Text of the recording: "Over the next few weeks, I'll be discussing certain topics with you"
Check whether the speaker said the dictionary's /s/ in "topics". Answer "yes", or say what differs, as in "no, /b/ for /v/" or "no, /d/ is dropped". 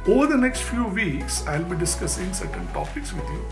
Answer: yes